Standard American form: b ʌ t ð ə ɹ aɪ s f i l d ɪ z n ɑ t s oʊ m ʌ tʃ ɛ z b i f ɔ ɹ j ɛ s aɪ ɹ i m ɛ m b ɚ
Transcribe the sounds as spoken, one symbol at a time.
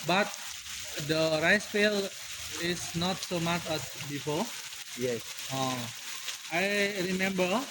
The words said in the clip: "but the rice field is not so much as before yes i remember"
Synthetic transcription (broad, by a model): b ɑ t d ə ɹ aɪ s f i l ɪ s n ɑ t s oʊ m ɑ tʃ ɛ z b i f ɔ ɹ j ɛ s aɪ ɹ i m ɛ m b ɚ